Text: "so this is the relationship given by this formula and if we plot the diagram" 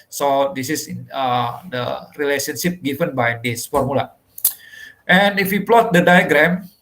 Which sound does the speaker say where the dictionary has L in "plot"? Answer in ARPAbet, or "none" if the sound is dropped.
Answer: L